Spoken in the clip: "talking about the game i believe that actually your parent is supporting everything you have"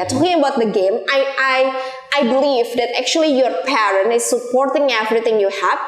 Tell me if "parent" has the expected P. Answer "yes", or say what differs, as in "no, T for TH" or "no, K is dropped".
yes